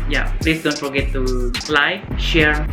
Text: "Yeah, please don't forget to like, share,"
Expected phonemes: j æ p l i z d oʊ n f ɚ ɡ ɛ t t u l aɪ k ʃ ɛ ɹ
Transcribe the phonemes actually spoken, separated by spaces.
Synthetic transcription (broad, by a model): j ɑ p l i s d oʊ n f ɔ ɡ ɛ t t u l aɪ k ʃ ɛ ɹ